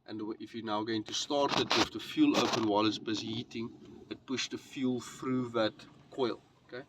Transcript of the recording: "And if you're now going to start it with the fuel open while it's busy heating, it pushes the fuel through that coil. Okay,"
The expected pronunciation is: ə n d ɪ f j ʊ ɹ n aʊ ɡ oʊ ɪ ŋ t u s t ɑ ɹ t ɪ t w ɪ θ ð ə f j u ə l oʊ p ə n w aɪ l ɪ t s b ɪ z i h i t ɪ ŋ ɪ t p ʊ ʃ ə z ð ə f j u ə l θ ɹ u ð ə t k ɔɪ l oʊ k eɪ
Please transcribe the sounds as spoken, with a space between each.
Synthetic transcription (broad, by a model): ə n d ɪ f j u n aʊ ɡ oʊ ɪ ŋ t u s t ɑ ɹ t ɪ t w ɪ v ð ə f j u l oʊ p ə n w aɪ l ɪ t s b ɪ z h i t ɪ ŋ ɪ t p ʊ ʃ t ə f j u l f ɹ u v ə t k ɔɪ l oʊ k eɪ